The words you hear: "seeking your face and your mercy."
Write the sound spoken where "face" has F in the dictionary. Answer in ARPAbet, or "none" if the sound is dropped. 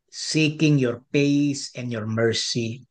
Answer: P